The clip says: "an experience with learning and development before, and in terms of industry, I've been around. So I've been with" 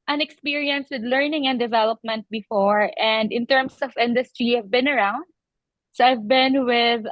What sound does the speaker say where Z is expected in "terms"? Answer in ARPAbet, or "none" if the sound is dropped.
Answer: S